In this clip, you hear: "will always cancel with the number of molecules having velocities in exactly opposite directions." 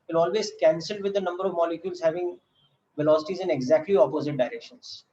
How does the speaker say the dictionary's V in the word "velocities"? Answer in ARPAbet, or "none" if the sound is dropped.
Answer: V